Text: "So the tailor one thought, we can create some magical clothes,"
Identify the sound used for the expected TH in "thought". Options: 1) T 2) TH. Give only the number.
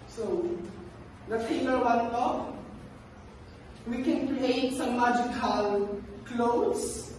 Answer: 1